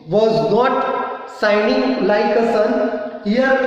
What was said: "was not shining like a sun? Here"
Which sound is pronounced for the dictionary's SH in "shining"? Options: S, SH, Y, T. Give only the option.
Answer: S